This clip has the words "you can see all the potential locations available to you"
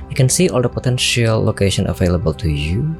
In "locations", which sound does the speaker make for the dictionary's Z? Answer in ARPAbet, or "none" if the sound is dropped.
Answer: none